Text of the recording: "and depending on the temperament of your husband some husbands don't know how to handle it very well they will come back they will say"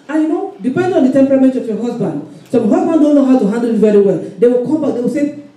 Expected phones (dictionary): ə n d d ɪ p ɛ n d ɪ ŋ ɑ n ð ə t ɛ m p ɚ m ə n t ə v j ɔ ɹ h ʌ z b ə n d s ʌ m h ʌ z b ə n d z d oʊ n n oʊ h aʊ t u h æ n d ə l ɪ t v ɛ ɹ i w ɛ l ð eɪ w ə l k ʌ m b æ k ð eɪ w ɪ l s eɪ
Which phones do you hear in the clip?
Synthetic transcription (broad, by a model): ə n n d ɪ p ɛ n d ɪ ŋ ɑ n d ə t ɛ m p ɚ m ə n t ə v j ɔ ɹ h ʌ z b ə n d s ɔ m h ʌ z b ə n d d oʊ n n oʊ h aʊ t u h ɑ n d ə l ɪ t v ɛ ɹ i w ɛ l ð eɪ w ə l k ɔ m b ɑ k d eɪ w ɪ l s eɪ